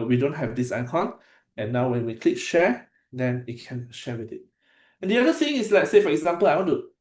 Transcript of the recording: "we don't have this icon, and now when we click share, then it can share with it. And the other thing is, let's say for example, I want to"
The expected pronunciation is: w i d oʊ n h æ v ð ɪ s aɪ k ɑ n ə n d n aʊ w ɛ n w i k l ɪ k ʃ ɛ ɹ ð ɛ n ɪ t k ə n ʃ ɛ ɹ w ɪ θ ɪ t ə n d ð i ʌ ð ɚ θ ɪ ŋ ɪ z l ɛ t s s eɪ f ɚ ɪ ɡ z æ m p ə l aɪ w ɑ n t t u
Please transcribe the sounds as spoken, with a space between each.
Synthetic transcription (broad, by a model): w i d oʊ n h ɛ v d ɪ s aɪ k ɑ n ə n n aʊ w ɛ n w i k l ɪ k ʃ ɛ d ɛ n ɪ t k ə n ʃ ɛ w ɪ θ ɪ t ə n d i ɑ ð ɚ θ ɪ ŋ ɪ s l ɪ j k s eɪ f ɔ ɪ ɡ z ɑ m p ə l aɪ w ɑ n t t u